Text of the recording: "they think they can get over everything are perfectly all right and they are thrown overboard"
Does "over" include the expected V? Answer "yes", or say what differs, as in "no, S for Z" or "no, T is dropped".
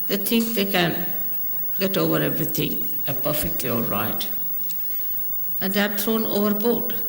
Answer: yes